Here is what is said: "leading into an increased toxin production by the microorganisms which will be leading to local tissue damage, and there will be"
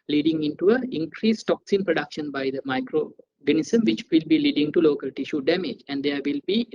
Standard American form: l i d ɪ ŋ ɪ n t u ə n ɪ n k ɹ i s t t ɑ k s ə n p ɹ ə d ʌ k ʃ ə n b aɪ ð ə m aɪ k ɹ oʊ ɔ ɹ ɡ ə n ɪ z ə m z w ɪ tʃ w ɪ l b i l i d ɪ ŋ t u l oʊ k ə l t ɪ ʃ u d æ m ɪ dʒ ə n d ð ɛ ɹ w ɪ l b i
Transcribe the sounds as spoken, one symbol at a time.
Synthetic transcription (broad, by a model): l i d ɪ ŋ ɪ n t u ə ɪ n k ɹ i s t t ɑ k s ə n p ɹ ə d ʌ k ʃ ə n b aɪ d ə m aɪ k ɹ oʊ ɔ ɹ ɡ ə n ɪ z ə m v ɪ tʃ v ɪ l b i l i d ɪ ŋ t u l oʊ k ə l t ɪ ʃ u d æ m ɪ dʒ ə n d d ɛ ɹ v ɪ l b i